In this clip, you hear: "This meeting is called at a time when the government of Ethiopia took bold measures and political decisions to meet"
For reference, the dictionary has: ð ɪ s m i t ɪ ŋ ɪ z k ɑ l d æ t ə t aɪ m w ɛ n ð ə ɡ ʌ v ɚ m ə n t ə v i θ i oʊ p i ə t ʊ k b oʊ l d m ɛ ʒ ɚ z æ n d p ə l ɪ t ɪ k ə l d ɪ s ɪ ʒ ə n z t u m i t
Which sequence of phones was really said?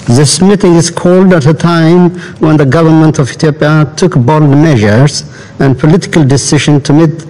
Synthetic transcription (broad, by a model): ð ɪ s m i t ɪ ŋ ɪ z k ɑ l d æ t ə t aɪ m w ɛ n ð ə ɡ ʌ v ɚ m ə n t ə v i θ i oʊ p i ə t ʊ k b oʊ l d m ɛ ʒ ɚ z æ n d p ə l ɪ t ɪ k ə l d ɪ s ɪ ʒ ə n t u m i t